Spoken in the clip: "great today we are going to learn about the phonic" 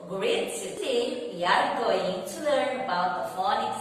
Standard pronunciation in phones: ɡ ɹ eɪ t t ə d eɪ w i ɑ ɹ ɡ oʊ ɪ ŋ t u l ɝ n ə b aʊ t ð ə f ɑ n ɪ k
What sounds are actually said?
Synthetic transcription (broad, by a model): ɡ ɹ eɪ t s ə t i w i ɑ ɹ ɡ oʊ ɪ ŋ t u l ɝ n ə b aʊ t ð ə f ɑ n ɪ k